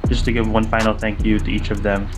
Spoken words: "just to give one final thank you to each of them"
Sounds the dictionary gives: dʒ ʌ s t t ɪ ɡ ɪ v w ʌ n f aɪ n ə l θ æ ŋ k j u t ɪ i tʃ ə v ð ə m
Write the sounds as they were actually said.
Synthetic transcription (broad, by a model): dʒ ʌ s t t ɪ ɡ ɪ v w ʌ n f aɪ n l θ æ ŋ k j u t ɪ i tʃ ə v ð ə m